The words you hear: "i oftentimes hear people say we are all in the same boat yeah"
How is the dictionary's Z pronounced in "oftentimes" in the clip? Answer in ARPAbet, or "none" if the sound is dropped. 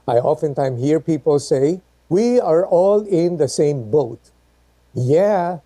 none